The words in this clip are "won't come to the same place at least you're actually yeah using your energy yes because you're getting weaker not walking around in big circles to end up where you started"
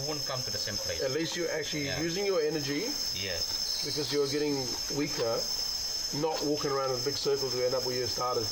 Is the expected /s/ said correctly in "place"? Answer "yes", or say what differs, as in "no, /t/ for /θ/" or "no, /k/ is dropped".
no, /s/ is dropped